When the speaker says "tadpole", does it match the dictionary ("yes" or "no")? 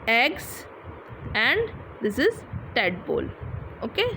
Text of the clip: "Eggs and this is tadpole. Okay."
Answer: no